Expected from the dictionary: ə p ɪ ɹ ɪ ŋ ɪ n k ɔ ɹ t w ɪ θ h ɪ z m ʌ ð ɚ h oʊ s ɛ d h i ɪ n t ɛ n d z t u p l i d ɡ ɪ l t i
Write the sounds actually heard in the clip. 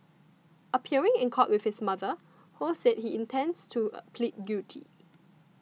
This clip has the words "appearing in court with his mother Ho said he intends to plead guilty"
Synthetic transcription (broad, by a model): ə p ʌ ɹ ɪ ŋ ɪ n k ɔ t w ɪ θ h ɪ s m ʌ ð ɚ h oʊ s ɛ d h i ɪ n t ɛ n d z t u p l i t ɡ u t i